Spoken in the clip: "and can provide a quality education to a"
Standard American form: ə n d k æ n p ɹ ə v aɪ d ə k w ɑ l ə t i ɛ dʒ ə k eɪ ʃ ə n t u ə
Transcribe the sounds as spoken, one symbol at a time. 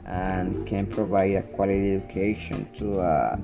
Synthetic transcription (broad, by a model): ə n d k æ n p ɹ ə v aɪ d ə k w ɑ l ə t i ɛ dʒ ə k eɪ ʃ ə n t u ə